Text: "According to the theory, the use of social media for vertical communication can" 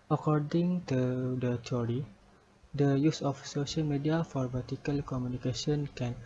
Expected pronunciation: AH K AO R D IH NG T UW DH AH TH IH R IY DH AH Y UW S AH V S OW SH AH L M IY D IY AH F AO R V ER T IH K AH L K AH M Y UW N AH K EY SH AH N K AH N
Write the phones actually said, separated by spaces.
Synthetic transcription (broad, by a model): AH K AO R D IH NG T UW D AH T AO R IY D AH Y UW S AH F S OW SH AH L M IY D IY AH F AO R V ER T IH K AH L K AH M Y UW N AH K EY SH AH N K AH N